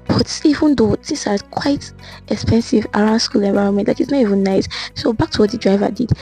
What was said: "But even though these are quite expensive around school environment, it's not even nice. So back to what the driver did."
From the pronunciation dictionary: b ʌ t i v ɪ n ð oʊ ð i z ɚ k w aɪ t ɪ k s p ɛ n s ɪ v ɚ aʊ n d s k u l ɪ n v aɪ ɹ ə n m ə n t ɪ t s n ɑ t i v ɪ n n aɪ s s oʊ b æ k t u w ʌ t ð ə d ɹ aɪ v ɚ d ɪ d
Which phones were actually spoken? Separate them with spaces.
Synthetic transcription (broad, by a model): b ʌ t i v ɪ n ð oʊ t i s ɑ k w aɪ t ɪ k s p ɛ n s ɪ v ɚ aʊ n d s k u l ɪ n v aɪ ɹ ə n m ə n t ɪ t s n ɑ t i v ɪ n n aɪ s s oʊ b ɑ k t u w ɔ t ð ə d ɹ aɪ v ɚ d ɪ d